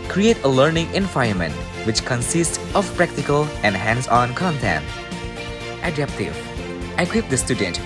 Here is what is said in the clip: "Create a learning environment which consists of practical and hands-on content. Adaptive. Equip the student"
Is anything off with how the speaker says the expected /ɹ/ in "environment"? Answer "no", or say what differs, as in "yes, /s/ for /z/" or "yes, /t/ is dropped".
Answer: yes, /ɹ/ is dropped